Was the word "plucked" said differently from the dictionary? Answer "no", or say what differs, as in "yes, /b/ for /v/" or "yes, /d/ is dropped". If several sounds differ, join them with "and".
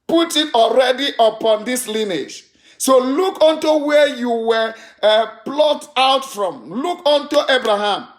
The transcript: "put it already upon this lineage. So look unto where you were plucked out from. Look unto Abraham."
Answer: yes, /k/ is dropped